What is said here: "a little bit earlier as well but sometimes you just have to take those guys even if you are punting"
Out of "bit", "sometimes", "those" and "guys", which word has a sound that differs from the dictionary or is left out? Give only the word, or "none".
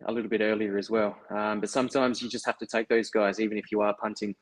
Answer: none